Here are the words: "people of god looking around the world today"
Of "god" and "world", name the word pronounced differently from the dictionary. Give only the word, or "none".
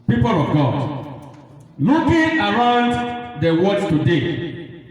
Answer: world